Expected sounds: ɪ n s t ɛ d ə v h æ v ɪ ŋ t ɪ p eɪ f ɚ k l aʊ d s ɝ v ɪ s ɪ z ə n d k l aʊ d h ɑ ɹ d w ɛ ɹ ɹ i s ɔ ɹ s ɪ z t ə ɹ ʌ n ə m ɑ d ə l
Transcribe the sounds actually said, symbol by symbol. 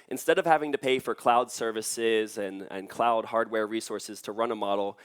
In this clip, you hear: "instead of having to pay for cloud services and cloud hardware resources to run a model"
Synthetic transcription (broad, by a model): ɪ n s t ɛ d ə v h æ v ɪ ŋ t ɪ p eɪ f ɚ k l aʊ d s ɝ v ɪ s ɪ z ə n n k l aʊ d h ɑ ɹ d w ɛ ɹ ɹ i s ɔ ɹ s ɪ z t ə ɹ ʌ n ə m ɑ d l